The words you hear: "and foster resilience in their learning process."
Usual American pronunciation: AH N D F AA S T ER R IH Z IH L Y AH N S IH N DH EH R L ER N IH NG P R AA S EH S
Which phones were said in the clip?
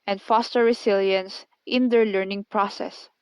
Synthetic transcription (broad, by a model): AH N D F AA S T ER R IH S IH L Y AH N S IH N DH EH R L ER N IH NG P R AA S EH S